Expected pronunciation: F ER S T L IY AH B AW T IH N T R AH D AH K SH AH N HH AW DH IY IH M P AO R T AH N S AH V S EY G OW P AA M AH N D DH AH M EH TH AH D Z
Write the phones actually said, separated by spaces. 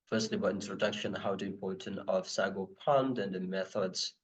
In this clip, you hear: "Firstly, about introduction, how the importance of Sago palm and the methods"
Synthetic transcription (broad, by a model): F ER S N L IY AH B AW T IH N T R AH D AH K SH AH N HH AW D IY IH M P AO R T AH N AH V S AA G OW P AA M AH N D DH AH M EH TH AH D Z